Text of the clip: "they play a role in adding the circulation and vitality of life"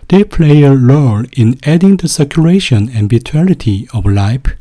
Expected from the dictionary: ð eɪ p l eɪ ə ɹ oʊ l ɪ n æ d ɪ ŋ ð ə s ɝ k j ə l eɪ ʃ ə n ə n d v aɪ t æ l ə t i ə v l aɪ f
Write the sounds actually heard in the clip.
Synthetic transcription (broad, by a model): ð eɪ p l eɪ ə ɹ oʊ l ɪ n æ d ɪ ŋ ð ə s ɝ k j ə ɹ eɪ ʃ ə n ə n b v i t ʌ n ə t i ə v l aɪ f